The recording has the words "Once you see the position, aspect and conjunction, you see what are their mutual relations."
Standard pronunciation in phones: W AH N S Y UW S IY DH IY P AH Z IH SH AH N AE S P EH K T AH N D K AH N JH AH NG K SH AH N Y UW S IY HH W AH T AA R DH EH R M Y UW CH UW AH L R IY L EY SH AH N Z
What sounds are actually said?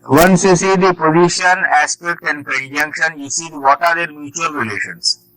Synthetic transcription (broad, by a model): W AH N S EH S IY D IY P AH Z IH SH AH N AE S P EH K T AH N D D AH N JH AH NG K SH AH N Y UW S IY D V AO T AA R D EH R M Y UW CH UW AH L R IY L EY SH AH N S